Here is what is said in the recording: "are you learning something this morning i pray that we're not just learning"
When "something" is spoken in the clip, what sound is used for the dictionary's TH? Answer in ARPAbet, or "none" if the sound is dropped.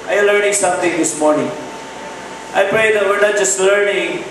T